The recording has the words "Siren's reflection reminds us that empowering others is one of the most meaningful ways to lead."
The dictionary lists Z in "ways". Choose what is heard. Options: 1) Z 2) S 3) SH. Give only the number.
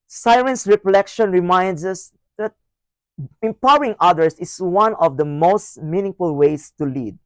2